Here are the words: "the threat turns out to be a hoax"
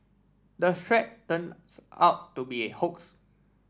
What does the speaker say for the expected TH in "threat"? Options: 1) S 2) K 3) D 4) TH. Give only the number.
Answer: 1